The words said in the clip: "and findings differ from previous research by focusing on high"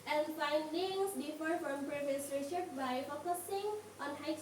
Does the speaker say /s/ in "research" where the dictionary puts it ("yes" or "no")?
no